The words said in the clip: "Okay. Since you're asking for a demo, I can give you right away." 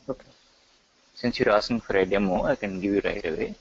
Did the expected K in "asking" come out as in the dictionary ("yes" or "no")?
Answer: no